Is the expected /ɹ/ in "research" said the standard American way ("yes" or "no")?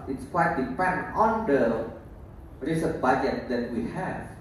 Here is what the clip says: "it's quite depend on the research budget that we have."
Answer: no